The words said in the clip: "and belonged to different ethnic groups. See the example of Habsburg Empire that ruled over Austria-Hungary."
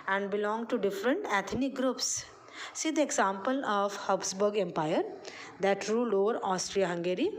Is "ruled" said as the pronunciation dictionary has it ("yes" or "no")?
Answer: no